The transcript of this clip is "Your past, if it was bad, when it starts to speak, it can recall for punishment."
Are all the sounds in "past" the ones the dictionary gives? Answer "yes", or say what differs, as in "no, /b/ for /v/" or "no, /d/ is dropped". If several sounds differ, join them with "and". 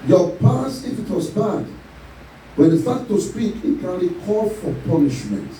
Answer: no, /t/ is dropped